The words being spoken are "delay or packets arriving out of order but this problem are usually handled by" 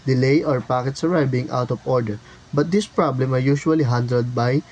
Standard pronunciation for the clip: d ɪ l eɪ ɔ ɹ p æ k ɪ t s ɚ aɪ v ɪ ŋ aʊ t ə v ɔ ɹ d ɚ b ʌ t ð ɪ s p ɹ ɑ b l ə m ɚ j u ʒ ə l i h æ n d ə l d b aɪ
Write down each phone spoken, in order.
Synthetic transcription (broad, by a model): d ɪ l eɪ ɔ ɹ p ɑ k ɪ t s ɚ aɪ b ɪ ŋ aʊ t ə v ɔ ɹ d ɚ b ʌ t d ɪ s p ɹ ɑ b l ə m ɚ j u ʃ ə l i h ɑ n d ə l d b aɪ